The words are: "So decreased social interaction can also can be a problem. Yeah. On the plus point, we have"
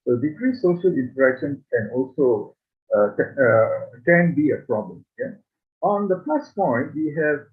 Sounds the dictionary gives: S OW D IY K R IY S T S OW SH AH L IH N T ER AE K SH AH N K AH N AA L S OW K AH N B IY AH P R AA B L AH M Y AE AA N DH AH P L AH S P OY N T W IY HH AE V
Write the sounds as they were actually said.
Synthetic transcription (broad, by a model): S OW D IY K R IY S S OW SH AH L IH N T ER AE K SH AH N K AH N AA L S OW K AH N B IY AH P R AA B L AH M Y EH AA N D AH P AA S P OY N T W IY HH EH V